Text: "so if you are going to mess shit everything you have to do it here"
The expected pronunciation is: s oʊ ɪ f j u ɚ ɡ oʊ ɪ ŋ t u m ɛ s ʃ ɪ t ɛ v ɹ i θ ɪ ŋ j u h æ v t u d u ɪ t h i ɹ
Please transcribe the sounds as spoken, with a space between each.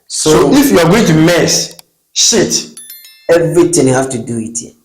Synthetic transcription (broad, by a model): s oʊ ɪ f j u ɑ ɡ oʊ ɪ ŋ t u m ɛ s ʃ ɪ t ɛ v ɹ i t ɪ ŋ j u h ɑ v t u d u ɪ t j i